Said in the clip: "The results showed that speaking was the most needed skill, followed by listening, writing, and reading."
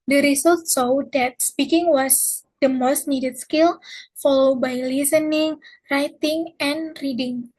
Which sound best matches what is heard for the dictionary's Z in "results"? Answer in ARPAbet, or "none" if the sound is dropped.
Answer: S